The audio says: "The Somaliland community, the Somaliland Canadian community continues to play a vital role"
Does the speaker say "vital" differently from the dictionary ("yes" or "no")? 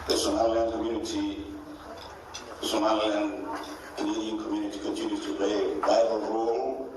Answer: yes